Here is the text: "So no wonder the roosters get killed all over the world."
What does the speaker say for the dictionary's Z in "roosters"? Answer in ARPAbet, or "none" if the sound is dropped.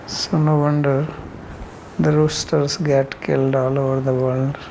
S